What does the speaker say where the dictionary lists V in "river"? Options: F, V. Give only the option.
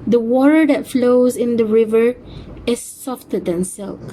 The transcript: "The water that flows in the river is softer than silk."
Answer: V